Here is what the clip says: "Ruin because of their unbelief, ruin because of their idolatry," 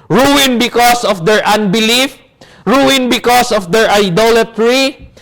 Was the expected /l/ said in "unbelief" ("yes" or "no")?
yes